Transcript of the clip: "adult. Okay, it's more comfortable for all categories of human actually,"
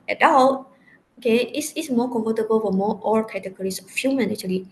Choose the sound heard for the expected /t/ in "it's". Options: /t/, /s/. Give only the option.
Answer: /s/